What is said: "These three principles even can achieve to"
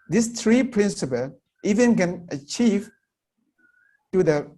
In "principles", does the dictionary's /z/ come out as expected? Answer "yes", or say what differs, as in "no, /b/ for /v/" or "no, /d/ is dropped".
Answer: no, /z/ is dropped